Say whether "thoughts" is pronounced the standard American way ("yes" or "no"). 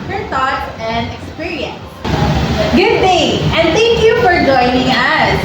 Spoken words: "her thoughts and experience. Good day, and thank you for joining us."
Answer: no